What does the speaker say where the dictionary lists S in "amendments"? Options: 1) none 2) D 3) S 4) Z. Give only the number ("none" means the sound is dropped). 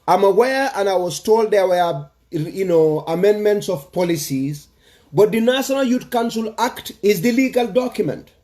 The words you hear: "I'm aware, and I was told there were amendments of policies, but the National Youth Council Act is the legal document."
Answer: 3